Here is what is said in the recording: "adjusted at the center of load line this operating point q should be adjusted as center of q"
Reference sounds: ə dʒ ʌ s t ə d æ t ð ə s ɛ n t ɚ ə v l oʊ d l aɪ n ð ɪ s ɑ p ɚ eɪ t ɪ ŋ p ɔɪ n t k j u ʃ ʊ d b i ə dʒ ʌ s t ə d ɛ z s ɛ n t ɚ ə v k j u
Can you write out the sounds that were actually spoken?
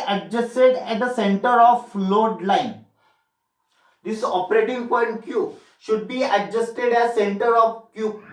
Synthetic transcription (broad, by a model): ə dʒ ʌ s t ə d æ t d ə s ɛ n t ɚ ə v l oʊ d l aɪ n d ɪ s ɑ p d eɪ t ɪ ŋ p ɔɪ n t k j u ʃ ʊ d b i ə dʒ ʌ s t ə d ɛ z s ɛ n t ɚ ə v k j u